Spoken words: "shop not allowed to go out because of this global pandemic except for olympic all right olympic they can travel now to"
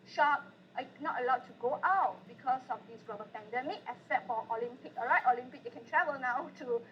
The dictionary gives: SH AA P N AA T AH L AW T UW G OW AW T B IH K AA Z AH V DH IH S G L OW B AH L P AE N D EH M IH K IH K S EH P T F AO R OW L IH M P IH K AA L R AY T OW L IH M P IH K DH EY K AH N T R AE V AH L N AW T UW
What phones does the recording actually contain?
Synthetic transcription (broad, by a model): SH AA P N AA T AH L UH T UW G OW AW T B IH K AA S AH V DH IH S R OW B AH P AE N D EH M IH K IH S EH T F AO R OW L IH M P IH K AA R AY T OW L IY M P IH K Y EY K AH N T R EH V AH L N AW T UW